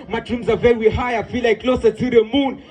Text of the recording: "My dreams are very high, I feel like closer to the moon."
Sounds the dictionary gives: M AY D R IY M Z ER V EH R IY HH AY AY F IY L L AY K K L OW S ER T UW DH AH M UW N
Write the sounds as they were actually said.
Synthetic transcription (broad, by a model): M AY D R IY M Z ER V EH W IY HH AY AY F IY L L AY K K L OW S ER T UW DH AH M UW N